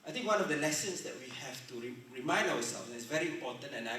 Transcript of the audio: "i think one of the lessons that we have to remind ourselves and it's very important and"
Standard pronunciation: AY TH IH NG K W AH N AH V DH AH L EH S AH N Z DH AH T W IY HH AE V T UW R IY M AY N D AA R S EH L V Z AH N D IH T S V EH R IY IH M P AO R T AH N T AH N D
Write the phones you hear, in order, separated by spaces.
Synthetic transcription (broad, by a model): AY T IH NG K W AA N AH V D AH L EH S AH N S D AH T W IY HH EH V T UW R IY M AY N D AA W S EH L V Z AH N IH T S V EH R IY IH M P AO T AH N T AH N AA